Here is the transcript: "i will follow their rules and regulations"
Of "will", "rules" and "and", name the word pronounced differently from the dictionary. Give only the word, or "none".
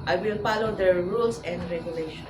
rules